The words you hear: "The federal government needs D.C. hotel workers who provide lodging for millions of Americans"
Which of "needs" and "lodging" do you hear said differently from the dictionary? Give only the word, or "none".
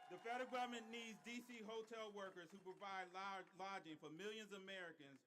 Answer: none